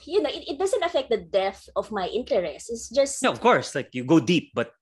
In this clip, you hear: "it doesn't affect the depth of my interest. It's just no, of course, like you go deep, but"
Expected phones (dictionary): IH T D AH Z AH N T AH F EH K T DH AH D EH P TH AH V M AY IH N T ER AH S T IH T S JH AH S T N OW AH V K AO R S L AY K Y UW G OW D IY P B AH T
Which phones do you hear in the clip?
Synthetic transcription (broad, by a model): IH T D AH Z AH N T AH F EH K T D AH D EH TH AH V M AY IH N T ER AH S T IH T S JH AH S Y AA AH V K AO R S L AY K Y UW G OW D IY P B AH T